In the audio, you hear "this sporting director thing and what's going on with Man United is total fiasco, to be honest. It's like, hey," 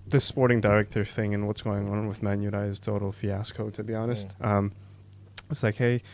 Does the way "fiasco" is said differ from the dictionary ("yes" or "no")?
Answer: no